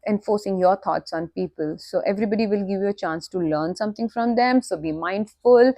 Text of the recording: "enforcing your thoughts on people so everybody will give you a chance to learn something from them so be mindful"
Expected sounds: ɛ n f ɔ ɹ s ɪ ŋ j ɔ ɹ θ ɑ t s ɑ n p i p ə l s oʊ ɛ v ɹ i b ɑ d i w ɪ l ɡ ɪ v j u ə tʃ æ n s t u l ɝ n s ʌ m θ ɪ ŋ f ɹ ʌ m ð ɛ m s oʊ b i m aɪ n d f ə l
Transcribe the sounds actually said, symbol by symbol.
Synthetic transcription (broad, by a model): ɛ n f ɔ ɹ s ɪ ŋ j ɔ ɹ t ɑ t s ɑ n p i p ə l s oʊ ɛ v ɹ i b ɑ d i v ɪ l ɡ ɪ v j u ə tʃ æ n s t u l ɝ n s ʌ m t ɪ ŋ f ɹ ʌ m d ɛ m s oʊ b i m aɪ n d f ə l